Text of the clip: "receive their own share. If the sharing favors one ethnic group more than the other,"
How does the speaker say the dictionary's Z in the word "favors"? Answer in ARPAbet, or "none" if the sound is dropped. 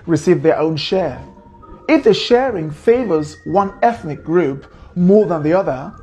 Z